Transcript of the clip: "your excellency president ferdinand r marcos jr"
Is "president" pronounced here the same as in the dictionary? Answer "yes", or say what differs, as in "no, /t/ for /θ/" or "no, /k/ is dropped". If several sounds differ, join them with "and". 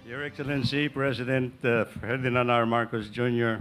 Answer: no, /s/ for /z/